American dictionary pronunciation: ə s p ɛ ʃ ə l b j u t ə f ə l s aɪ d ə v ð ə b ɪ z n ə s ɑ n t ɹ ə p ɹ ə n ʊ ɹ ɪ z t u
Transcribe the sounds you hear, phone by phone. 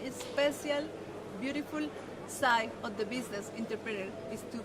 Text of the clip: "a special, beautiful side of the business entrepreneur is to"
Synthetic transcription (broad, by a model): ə s p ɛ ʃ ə l b j u t ə f ə l s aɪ ə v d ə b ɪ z n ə s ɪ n t ɹ p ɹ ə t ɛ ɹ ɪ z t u